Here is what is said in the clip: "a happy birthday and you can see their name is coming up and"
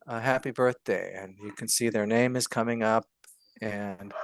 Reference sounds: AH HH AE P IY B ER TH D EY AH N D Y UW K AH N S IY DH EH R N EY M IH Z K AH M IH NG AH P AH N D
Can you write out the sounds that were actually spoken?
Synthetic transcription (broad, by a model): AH HH AE P IY B ER TH D EY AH N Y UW K AH N S IY DH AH R N EY M IH Z K AH M IH NG AH P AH N